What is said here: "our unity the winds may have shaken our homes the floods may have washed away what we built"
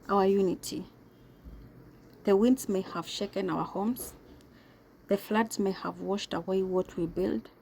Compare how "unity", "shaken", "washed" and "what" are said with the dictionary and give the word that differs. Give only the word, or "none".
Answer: none